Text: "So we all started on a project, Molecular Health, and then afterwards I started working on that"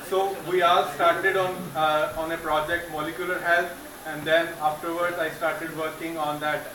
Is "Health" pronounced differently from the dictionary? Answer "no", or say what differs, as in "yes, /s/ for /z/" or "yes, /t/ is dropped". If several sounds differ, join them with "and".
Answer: yes, /t/ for /θ/